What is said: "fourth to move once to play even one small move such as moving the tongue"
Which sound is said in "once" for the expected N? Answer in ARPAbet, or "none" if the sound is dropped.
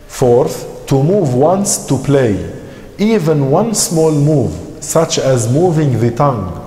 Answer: N